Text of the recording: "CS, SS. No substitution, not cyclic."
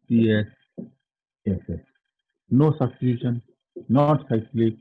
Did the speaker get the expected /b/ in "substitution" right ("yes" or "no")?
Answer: no